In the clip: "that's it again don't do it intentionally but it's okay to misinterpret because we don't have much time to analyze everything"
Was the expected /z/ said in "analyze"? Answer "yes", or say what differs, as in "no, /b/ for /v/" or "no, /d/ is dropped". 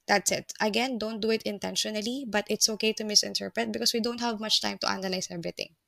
no, /s/ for /z/